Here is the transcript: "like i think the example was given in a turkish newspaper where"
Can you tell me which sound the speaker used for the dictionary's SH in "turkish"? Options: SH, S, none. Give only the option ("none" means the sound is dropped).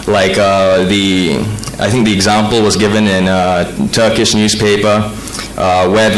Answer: SH